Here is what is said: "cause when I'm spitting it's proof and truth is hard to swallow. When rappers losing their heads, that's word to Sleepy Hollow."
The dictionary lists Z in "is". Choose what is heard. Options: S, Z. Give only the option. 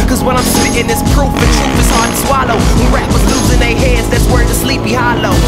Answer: S